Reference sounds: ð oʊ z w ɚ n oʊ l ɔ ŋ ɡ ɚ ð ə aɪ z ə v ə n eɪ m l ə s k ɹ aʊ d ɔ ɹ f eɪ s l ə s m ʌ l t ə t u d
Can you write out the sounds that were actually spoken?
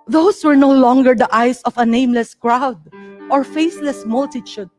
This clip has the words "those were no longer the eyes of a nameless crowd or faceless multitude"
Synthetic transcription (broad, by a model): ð oʊ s w ɚ n oʊ l ɔ ŋ ɡ ɚ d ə aɪ s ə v ə n eɪ m l ə s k ɹ aʊ d ɔ ɹ f eɪ s l ə s m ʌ l t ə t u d